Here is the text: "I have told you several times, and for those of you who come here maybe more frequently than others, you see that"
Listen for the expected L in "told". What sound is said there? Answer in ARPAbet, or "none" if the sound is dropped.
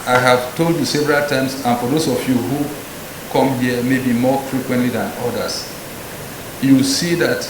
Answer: L